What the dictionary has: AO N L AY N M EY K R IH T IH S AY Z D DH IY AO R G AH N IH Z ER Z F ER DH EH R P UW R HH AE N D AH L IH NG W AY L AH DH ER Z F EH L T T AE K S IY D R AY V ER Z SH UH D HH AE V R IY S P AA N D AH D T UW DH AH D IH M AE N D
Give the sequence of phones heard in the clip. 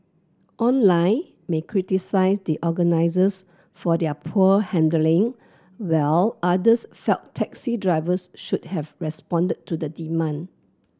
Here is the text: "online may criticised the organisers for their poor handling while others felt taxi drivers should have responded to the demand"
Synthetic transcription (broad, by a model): AO N L AY N M EY K R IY T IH S AY S D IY AO G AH N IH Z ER S F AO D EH P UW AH HH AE N D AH L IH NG W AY L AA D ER S F EH L T T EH K S IY D R AY V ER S SH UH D HH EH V R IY S P AA N D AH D T UW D AH D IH M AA N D